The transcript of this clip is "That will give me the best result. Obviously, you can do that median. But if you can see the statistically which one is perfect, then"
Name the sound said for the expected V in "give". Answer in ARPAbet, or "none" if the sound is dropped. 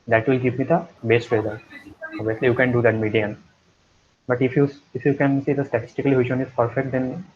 P